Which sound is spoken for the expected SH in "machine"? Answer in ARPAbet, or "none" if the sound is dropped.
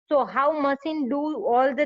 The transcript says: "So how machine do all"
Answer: S